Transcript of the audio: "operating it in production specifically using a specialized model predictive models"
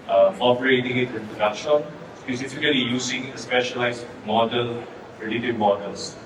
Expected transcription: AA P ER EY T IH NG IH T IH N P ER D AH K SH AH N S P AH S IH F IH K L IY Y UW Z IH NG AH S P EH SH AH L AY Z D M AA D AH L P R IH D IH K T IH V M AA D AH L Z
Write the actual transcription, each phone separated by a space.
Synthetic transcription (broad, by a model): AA P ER EY T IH NG IH T IH N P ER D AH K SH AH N S P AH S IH F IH K L IY Y UW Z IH NG AH S P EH SH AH L AY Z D M AA D AH L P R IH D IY T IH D M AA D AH L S